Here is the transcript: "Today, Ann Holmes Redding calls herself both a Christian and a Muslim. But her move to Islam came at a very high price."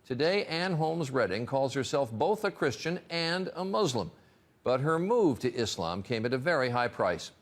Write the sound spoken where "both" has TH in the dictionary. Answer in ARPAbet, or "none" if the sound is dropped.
TH